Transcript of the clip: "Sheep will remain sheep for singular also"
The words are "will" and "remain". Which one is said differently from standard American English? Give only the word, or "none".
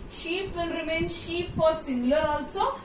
will